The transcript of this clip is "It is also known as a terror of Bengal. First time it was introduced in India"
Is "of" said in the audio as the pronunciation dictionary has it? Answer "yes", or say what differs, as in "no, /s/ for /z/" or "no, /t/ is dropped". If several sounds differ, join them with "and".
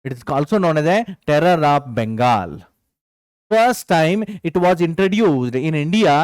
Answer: no, /p/ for /v/